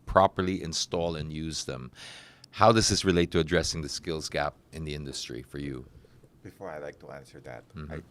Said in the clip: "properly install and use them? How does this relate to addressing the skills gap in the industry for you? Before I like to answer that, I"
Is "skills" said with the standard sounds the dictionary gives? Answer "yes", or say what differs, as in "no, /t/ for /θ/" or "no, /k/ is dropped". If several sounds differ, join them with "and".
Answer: yes